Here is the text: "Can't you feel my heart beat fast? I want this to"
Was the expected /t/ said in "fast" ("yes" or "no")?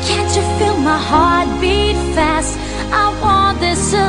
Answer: yes